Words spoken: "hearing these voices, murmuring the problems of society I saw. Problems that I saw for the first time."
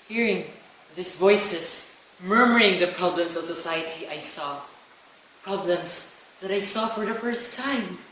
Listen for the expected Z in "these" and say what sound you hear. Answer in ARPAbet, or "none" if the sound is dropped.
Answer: S